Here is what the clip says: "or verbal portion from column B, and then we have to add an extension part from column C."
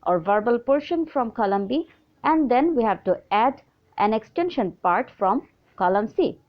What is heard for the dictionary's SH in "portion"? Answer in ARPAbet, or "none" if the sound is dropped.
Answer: SH